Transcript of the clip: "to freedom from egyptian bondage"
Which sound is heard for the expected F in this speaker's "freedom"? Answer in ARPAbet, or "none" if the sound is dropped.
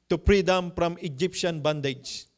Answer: P